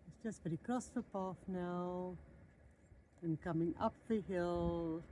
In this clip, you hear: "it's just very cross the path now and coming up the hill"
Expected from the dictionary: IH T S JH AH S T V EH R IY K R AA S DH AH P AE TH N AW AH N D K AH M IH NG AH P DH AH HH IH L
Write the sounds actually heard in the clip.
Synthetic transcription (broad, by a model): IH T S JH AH S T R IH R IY K R AA S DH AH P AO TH N AW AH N K AH M IH NG AH P DH AH HH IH L